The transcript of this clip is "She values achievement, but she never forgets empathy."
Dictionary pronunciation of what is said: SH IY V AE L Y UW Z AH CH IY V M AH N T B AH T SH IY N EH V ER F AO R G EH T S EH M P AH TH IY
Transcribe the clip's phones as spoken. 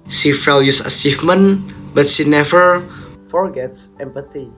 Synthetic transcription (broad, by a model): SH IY F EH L Y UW S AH S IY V M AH N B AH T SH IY N EH V ER F AO R G EH T S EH M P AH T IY